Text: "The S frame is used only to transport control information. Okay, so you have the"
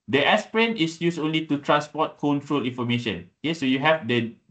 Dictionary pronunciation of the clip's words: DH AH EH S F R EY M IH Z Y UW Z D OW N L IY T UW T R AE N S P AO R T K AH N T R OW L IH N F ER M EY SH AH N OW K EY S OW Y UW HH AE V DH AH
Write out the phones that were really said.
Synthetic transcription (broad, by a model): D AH EH S P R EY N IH S Y UW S OW N L IY T UW T R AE N S P AO T K AH N T R OW L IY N F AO M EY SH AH N OW K EY S OW Y UW HH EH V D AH